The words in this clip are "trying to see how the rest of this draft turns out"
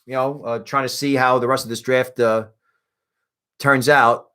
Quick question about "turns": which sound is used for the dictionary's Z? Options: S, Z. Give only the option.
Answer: Z